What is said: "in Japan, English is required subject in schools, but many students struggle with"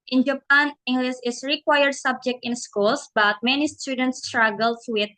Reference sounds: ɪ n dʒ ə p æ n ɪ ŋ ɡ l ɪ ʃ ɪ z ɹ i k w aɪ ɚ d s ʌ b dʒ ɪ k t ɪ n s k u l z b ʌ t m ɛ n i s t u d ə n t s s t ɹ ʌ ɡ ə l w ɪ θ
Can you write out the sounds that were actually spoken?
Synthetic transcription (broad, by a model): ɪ n dʒ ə p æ n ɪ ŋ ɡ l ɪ s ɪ s ɹ i k w aɪ ɚ d s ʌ b dʒ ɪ k t ɪ n s k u l s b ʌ t m ɛ n i s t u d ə n t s s t ɹ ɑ ɡ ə l w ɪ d